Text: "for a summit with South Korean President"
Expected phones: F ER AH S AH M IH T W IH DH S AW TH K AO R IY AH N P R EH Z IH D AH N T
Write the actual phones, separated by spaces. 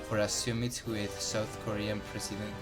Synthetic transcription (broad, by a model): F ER AH S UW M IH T W IH DH S AW TH K AO R IY AH N P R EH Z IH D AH N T